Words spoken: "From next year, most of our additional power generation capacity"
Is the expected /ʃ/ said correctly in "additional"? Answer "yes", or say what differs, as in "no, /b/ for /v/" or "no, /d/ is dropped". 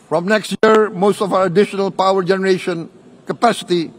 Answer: yes